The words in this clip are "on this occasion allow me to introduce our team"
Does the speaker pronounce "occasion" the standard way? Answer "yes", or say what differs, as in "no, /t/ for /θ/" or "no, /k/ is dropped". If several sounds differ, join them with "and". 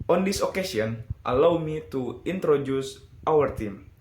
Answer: no, /s/ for /ʒ/